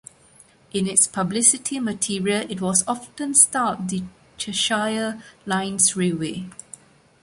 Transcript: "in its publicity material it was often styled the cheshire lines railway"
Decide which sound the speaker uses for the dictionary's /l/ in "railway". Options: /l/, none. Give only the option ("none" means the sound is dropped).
none